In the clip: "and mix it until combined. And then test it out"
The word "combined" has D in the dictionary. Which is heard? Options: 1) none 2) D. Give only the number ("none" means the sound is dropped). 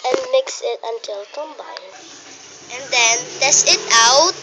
1